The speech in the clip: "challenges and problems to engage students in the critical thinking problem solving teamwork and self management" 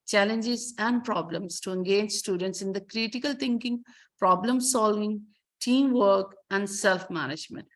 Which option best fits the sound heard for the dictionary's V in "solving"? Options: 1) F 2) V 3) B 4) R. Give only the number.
2